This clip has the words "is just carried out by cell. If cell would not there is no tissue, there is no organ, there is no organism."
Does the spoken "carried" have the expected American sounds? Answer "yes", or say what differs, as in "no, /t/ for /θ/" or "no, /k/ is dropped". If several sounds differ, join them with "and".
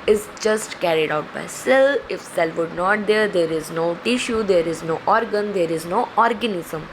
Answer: yes